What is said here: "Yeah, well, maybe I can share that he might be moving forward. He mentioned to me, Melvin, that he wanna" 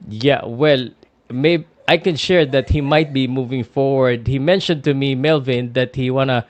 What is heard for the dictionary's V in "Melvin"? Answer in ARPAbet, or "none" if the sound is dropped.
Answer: V